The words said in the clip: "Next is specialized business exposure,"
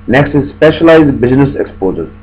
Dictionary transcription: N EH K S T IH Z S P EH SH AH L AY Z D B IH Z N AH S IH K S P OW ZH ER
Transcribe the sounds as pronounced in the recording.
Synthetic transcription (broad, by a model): N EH K S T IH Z S P EH SH AH L AY Z D B IH Z N AH S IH K S P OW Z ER